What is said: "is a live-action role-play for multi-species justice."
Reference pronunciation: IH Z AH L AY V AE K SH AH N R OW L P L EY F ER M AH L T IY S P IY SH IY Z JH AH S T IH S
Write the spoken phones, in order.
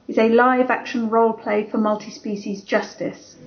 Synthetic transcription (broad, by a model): IH Z AH L AY V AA K SH AH N R OW L P L EY F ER M AH L T IY S P IY SH IY Z JH AH S T IH S